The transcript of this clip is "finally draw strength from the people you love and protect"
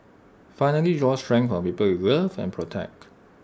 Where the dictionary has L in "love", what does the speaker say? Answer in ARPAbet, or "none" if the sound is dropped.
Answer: W